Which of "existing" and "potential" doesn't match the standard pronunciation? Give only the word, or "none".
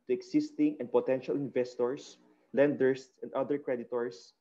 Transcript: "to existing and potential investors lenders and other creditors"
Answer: existing